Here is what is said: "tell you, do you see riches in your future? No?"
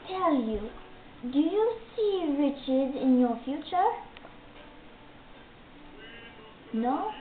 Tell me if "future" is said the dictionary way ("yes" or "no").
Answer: yes